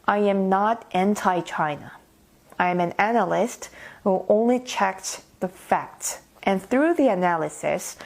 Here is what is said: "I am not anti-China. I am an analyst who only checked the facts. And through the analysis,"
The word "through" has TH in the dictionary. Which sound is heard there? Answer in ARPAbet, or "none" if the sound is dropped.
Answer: TH